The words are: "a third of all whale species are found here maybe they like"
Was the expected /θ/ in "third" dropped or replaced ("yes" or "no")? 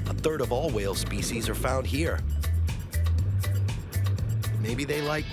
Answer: no